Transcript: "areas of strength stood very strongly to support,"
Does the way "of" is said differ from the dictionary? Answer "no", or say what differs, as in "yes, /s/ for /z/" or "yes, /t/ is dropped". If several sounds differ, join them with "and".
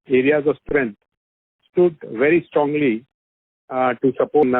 no